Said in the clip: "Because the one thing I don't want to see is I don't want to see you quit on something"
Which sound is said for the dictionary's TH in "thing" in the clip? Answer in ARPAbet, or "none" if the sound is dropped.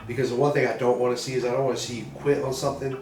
TH